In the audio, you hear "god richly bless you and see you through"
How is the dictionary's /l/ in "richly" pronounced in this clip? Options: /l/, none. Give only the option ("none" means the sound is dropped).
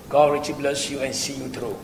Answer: none